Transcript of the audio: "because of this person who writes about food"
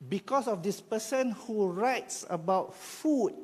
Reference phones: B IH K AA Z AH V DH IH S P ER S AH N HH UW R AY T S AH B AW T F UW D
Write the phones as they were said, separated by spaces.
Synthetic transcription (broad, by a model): B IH K AA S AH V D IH S P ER S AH N HH UW R AY T S AH B AW T F UW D